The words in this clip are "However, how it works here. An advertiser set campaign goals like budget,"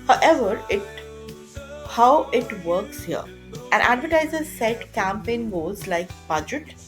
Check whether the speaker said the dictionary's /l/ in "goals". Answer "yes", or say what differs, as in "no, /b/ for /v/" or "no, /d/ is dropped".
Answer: no, /l/ is dropped